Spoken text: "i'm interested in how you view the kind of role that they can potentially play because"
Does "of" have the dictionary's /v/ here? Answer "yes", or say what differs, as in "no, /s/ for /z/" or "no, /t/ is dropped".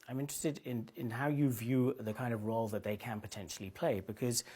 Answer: yes